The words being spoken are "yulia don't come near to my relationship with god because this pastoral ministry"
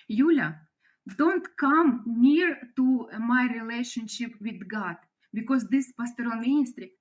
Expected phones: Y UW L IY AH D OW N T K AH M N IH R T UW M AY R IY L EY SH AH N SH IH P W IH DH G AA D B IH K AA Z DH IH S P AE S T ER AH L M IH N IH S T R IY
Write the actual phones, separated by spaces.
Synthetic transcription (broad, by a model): Y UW L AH D OW N T K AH M N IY R T UW M AY R IY L EY SH AH N SH IH P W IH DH G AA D B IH K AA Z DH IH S P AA S T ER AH N M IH N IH S T R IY